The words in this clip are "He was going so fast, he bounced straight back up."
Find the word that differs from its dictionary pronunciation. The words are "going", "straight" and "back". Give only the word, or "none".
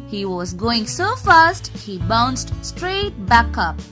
none